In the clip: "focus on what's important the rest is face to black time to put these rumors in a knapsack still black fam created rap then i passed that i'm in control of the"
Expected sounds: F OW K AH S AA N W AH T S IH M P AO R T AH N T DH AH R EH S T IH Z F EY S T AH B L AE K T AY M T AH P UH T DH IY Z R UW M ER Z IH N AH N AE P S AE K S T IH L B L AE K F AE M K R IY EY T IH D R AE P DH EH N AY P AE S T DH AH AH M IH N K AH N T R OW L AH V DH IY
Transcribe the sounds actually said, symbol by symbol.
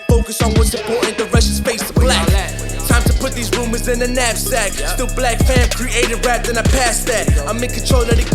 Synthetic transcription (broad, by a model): F OW K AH S N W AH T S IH P AO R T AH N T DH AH R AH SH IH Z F EY S T AH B L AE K T AY M T AH P UH T DH IY Z R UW M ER Z IH N AH N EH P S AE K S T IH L B L AE K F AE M K R IY EY T IH D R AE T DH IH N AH P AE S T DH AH AH M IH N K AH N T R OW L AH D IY